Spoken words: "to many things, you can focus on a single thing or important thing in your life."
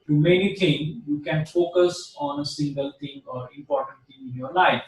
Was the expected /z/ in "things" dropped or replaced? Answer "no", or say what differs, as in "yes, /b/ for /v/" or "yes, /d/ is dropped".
yes, /z/ is dropped